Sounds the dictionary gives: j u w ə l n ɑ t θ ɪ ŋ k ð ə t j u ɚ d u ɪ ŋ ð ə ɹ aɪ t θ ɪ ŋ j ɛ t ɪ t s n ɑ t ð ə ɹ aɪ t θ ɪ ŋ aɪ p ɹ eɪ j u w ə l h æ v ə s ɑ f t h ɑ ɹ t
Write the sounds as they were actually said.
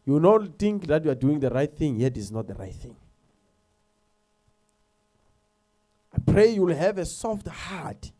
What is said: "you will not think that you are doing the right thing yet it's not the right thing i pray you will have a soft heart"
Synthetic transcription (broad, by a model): j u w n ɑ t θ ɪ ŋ k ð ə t j u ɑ d u ɪ ŋ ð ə ɹ aɪ t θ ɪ ŋ j ɛ t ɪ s n ɑ t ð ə ɹ aɪ t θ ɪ ŋ aɪ p ɹ eɪ j u w l h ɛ v ə s ɑ f t h ɑ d